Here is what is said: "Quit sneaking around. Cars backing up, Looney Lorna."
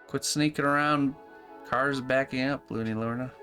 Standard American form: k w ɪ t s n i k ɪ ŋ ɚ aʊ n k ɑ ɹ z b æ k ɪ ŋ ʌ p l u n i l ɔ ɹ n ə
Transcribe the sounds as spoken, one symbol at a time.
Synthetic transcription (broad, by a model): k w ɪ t s n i k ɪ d ɚ aʊ n k ɑ ɹ z b æ k ɪ ŋ ʌ p l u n i l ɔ ɹ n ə